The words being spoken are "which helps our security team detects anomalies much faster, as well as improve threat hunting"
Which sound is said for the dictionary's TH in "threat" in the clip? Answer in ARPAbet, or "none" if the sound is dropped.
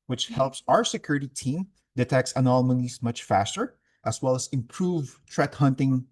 T